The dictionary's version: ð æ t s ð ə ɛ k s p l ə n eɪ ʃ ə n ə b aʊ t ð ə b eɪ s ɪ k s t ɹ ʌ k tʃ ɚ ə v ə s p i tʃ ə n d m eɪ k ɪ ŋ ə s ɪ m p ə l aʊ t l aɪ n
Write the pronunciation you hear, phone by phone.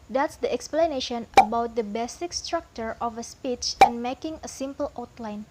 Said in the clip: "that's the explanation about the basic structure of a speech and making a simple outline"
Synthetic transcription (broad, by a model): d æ t s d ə ɛ k s p l ə n eɪ ʃ ə n ə b aʊ t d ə b eɪ s ɪ k s t ɹ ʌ k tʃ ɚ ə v ə s p i tʃ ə n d m eɪ k ɪ ŋ ə s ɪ m p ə l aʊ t l aɪ n